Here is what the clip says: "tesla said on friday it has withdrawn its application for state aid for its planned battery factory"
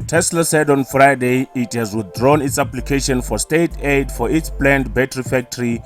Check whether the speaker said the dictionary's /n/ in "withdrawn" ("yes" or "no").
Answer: yes